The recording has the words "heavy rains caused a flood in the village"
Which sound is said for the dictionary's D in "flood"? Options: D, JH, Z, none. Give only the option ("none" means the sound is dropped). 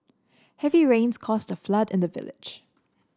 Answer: D